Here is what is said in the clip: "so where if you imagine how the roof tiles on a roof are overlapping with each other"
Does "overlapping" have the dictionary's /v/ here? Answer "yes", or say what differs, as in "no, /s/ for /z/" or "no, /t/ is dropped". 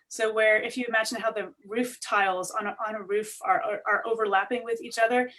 yes